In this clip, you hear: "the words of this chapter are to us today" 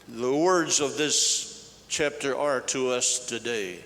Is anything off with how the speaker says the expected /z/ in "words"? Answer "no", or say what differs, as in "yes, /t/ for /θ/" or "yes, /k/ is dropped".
no